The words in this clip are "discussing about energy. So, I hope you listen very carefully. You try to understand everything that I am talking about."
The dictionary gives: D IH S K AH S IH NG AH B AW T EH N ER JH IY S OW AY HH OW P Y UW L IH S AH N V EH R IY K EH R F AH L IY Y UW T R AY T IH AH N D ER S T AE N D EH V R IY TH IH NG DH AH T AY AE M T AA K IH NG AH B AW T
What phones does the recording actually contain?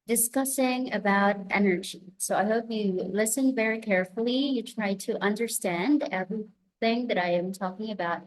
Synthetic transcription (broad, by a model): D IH S K AH S IH NG AH B AW T EH N ER JH IY S OW AY HH OW P Y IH L IH S AH N V EH R IY K EH R F L IY Y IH T R AY T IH AH N D ER S T AE N D EH V R IY TH IH NG DH AH T AY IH M T AA K IH NG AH B AW T